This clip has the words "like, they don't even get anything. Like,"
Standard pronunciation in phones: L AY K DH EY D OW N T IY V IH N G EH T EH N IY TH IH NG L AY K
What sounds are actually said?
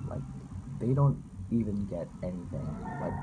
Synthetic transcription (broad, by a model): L AY K DH EY D OW N T IY V IH N G EH T EH N IY TH IH NG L AY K